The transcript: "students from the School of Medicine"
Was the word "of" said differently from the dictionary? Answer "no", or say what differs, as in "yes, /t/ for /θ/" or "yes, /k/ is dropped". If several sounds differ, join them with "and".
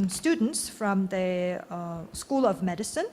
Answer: no